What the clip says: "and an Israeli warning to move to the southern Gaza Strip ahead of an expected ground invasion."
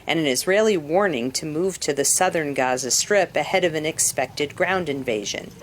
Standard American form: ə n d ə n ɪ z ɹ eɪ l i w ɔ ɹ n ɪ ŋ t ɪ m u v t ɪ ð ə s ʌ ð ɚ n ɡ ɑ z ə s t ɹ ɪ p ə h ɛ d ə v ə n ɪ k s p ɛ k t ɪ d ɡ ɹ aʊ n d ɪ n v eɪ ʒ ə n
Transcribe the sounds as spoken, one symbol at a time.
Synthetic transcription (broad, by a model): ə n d ə n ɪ z ɹ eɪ l i w ɔ ɹ n ɪ ŋ t ɪ m u v t ɪ ð ə s ʌ ð ɚ n ɡ ɑ z ə s t ɹ ɪ p ə h ɛ d ə v ə n ɪ k s p ɛ k t ɪ d ɡ ɹ aʊ n d ɪ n v eɪ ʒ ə n